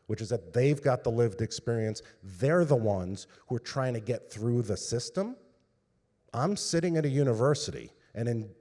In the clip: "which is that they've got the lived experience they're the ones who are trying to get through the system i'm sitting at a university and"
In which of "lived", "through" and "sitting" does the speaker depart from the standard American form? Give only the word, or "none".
none